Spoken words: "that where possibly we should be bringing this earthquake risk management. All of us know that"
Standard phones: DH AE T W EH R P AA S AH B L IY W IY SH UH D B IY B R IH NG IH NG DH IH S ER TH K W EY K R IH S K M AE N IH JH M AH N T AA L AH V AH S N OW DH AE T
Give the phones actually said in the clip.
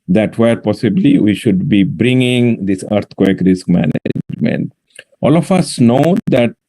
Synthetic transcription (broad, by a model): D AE T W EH R P AA S AH B L IY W IY SH UH D B IY B R IH NG IH NG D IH S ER T K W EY K R IH S K M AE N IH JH M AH N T AA L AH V AH S N OW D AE T